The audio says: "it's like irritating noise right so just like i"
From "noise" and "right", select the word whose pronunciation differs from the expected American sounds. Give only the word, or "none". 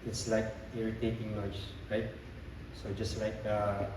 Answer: noise